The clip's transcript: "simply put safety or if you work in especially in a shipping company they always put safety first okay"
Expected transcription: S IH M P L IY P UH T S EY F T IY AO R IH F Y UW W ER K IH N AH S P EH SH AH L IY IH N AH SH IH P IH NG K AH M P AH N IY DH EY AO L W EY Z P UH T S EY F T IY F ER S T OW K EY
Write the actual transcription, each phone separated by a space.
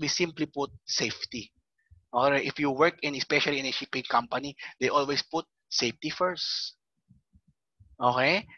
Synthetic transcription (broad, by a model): S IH M P L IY P UH T S EY F T IY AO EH IH F Y UW W ER K IH N AH S P EH SH AH L IY IH N AH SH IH P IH NG K AH M P AH N IY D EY AO L W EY S P UH T S EY F T IY F ER S T OW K EY